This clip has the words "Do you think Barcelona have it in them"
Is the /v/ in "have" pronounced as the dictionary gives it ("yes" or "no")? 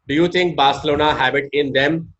no